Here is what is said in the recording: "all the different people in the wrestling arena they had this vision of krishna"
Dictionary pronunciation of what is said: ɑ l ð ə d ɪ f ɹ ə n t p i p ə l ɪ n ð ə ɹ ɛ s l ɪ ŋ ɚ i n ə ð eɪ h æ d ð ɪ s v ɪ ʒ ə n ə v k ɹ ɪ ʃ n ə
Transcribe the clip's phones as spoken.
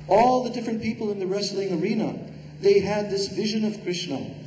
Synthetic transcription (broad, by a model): ɑ l ð ə d ɪ f ɹ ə n p i p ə l ɪ n ð ə ɹ ɛ s l ɪ ŋ ɚ i n ə ð eɪ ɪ d ð ɪ s v ɪ ʒ ə n ə v k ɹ ɪ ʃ n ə